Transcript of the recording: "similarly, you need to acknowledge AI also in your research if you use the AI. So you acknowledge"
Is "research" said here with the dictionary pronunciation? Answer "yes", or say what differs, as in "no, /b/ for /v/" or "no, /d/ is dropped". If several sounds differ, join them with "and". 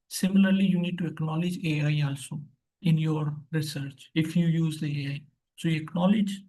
yes